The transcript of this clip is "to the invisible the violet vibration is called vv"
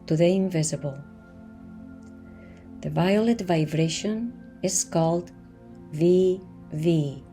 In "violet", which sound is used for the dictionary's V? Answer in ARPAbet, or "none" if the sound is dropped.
V